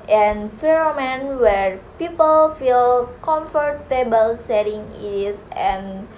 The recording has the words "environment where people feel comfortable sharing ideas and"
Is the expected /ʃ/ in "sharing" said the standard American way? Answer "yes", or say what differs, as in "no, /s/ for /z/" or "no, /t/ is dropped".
no, /s/ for /ʃ/